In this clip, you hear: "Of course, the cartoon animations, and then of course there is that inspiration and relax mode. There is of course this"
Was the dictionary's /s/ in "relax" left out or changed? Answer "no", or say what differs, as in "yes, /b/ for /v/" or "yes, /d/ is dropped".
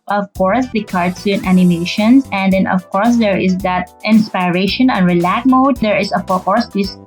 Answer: yes, /s/ is dropped